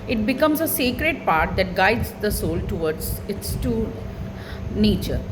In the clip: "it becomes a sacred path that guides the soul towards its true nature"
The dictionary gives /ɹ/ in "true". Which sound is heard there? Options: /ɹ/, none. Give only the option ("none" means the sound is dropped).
none